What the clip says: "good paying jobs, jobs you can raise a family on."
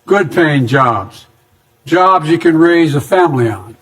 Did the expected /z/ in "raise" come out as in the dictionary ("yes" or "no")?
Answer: yes